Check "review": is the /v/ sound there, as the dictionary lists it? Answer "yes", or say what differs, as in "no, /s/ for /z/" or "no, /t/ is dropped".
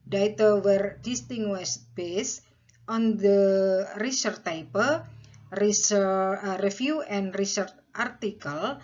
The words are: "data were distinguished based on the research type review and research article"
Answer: no, /f/ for /v/